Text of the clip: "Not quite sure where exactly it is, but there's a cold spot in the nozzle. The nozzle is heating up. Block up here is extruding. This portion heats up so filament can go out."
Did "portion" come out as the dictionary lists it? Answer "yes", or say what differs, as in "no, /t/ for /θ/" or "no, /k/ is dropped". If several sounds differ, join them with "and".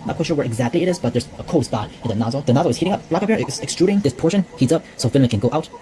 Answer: yes